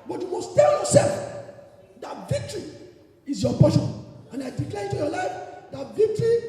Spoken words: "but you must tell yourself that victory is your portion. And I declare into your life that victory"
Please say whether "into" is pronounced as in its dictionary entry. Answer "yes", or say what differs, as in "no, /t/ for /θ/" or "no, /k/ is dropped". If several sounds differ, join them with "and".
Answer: no, /n/ is dropped